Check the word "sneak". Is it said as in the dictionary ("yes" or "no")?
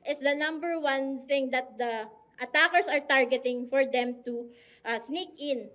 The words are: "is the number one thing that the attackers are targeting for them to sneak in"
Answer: yes